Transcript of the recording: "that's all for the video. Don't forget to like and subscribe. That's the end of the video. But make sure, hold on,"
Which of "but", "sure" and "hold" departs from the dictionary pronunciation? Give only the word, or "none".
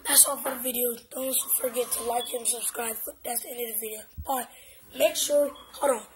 hold